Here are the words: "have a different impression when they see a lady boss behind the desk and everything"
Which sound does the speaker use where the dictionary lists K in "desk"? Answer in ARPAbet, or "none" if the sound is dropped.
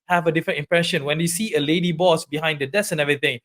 none